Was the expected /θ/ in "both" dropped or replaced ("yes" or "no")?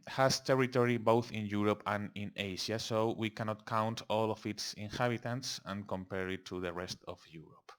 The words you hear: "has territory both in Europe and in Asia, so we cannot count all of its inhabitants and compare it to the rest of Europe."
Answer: no